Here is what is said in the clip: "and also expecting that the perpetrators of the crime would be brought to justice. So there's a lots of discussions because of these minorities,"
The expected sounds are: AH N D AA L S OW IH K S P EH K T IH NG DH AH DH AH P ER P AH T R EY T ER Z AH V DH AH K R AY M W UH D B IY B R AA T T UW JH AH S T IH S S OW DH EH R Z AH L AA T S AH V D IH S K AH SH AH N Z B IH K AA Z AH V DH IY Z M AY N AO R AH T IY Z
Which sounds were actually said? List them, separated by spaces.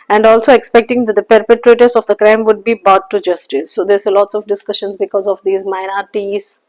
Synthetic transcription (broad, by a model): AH N D AA L S OW IH K S P EH K T IH NG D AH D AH P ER P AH T R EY T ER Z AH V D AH K R AY M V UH D B IY B AA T T UW JH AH S T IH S S OW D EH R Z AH L AA T S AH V D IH S K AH SH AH N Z B IH K AA Z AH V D IY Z M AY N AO R T IY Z